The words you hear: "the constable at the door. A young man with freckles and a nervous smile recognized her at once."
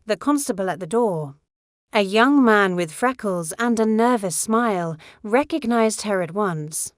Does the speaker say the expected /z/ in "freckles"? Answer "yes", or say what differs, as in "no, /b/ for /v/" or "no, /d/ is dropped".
yes